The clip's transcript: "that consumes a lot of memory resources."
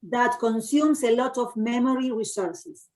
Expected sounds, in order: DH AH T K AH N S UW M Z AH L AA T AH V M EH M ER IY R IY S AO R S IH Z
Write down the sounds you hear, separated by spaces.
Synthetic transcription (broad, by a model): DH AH T K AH N S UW M S AH L AA T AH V M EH M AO IY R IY S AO R S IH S